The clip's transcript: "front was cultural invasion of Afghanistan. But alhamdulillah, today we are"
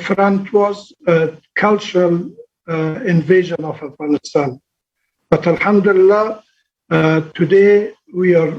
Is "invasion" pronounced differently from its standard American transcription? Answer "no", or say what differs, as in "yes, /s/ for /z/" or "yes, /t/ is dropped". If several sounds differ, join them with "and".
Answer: no